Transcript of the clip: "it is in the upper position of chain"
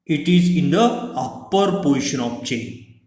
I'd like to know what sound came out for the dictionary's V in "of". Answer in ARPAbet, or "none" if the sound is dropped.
P